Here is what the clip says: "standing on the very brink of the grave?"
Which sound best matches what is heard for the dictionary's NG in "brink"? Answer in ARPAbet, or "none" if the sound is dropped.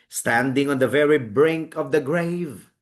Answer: NG